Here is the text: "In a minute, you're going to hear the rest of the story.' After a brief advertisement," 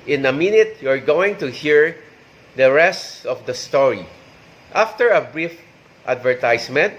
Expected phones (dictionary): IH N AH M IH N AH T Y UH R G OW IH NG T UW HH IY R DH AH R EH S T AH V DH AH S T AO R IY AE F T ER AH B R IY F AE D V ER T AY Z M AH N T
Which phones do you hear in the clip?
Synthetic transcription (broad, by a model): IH N AH M IH N AH T Y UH R G OW IH NG T UW HH IY R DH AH R EH S T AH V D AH S T AO R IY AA F T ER AH B R IY F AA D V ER T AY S M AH N T